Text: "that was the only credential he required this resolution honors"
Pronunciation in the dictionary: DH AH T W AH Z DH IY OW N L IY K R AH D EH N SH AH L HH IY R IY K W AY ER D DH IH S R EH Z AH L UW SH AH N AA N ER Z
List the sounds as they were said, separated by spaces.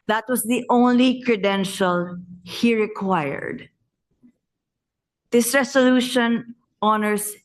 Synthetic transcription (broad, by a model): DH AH T W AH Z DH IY OW N L IY K R AH D EH N SH AH L HH IY R IY K W AY ER D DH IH S R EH S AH L UW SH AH N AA N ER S